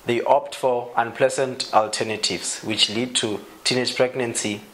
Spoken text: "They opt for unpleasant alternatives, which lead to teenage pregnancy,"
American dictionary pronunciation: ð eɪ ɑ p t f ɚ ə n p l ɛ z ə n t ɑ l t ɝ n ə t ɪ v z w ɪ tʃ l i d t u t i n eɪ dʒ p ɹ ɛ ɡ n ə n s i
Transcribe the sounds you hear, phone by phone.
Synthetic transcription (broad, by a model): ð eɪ ɑ p t f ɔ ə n p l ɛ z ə n t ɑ l t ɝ n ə t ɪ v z w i tʃ l i d t u t i n eɪ dʒ p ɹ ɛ ɡ n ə n s i